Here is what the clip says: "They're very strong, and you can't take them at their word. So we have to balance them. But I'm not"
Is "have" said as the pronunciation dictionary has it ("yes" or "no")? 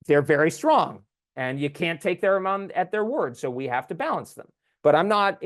no